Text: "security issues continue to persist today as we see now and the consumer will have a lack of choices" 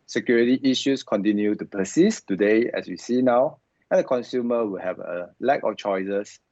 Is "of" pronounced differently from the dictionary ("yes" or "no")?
yes